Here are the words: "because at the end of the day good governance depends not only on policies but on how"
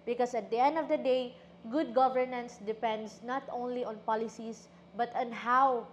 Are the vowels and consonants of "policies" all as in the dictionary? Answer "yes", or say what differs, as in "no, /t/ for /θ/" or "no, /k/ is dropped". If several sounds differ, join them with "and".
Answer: no, /s/ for /z/